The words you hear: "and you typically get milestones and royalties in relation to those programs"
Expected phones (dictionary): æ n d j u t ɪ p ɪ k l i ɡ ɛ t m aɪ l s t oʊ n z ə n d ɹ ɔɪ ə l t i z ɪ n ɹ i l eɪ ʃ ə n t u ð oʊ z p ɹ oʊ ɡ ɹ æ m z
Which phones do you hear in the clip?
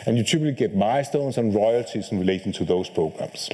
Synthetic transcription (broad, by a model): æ n j u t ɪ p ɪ l i ɡ ɛ t m aɪ s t oʊ n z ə n ɹ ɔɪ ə l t i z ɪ n ɹ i l eɪ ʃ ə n t u ð oʊ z p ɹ oʊ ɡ ɹ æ m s